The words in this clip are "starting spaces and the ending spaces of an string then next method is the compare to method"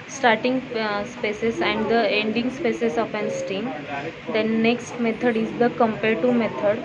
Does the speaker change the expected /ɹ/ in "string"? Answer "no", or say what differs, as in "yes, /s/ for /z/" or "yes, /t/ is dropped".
yes, /ɹ/ is dropped